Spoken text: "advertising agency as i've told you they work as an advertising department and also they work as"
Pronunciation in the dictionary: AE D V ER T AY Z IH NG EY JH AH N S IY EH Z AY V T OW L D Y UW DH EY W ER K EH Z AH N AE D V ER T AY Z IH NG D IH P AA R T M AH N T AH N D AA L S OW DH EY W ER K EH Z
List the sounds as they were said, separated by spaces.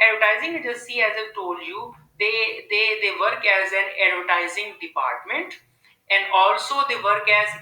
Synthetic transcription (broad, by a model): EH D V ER T AY Z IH NG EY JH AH S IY EH Z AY T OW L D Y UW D EY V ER K EH Z AH N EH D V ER T AY Z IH NG D IH P AA R T M AH N T AH N D AA L S OW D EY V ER K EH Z